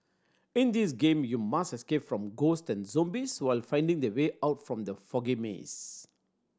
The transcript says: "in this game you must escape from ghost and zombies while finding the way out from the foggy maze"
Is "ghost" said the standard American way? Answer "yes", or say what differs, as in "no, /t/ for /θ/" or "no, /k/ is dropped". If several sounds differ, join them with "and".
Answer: yes